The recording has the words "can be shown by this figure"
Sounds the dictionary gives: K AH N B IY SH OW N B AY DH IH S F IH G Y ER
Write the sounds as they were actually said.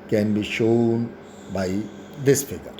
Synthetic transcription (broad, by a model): K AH N B IY SH OW N B AY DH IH S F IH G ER